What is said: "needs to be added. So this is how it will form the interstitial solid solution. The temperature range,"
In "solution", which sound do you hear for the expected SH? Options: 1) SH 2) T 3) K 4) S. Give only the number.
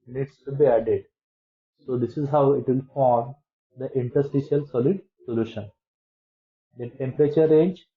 1